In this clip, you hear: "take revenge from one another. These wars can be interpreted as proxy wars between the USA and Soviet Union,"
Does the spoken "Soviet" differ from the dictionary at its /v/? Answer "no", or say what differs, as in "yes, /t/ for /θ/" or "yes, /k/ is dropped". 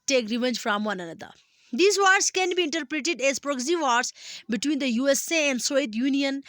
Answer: yes, /v/ is dropped